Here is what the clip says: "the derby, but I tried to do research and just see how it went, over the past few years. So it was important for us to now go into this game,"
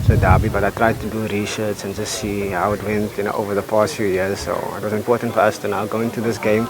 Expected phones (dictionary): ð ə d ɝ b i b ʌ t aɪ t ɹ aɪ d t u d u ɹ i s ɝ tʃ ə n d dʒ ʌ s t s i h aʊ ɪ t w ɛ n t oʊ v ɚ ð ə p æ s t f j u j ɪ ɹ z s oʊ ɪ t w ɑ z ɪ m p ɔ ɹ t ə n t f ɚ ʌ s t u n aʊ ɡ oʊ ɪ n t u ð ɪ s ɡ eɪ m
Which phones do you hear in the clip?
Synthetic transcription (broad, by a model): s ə d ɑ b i b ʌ t aɪ t ɹ aɪ d t u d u ɹ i ʃ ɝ s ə n dʒ ʌ s t s i h aʊ ɪ t w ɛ n t oʊ v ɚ ð ə p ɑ s t f j u j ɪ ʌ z s oʊ ɪ t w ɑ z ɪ m p ɔ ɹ t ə n t f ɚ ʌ s t u n aʊ ɡ oʊ ɪ n t u ð ɪ s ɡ eɪ m